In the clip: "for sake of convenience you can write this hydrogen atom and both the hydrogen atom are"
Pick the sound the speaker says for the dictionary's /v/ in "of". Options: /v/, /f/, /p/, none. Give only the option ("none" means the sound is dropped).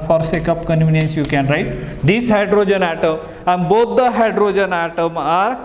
/p/